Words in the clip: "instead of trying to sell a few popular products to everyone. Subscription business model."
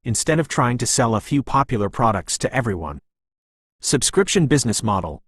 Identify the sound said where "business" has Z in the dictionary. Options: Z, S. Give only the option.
Z